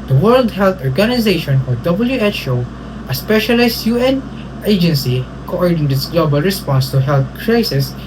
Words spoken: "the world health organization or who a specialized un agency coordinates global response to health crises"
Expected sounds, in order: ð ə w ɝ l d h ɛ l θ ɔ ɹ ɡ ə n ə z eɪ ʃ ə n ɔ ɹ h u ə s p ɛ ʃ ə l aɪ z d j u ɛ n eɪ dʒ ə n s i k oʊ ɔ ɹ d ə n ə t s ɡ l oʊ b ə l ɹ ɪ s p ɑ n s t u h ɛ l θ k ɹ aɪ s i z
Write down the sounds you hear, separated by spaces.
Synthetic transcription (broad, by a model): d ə w ɝ l d h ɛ l t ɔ ɹ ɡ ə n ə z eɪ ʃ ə n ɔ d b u ə s p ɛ ʃ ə l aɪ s j u ɛ n eɪ dʒ ə n s i k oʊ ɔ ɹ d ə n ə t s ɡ l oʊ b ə l ɹ ɪ s p ɑ n s t u h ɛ l t k ɹ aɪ s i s